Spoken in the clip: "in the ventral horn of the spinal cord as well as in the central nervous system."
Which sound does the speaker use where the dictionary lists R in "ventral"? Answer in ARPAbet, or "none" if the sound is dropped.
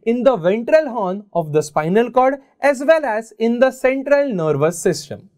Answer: R